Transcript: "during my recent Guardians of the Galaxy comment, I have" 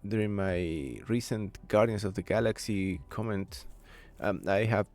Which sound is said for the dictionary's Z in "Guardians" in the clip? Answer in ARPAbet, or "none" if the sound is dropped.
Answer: S